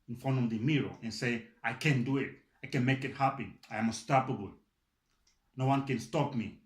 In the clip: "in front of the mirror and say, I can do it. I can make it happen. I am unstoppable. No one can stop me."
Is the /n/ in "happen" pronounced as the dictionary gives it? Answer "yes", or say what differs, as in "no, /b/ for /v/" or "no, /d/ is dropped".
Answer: no, /n/ is dropped